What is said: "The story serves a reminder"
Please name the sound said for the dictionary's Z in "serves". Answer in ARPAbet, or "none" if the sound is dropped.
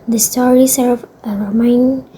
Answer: none